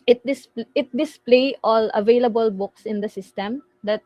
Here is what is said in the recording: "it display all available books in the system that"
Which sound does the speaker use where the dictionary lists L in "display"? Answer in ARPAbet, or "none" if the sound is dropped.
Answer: L